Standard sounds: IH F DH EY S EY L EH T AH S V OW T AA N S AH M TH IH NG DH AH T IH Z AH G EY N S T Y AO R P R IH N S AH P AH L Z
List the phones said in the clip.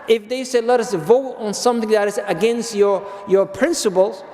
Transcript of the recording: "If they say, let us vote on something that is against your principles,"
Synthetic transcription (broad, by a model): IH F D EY S EY L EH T AH S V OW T AA N S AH M T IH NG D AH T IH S AH G EY N S T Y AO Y P R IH N S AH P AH L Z